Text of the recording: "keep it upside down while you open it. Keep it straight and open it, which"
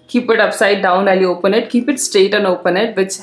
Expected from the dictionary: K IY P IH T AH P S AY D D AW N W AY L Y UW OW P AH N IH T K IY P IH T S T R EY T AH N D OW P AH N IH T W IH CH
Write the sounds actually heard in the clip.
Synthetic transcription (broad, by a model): K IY P IH T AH P S AY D D AW N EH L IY OW P AH N IH T K IY P IH T S T EY T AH N OW P AH N IH T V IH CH